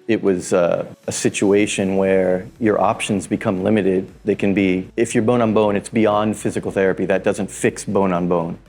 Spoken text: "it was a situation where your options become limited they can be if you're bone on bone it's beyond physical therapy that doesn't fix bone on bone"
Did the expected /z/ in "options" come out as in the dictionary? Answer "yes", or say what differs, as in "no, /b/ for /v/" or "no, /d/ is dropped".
yes